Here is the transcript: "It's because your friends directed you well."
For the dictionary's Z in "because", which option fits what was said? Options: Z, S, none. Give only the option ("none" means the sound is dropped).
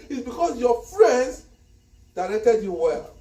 S